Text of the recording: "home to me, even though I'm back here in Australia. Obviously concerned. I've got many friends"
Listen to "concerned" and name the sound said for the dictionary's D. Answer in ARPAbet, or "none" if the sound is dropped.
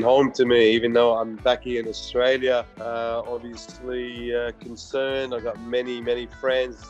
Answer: D